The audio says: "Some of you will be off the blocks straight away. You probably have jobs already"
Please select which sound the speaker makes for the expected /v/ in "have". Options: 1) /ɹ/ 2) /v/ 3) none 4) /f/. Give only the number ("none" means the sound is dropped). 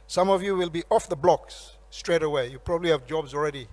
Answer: 2